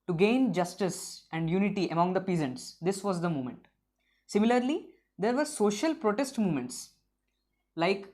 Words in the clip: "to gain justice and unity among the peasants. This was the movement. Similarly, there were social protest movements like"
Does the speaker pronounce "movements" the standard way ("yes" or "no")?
no